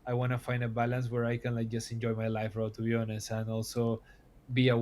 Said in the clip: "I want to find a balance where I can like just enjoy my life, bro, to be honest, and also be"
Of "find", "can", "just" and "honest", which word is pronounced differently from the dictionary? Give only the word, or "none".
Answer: honest